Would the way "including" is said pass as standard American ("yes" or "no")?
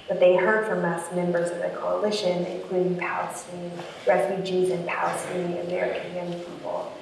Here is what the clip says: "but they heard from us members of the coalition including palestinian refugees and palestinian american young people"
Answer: yes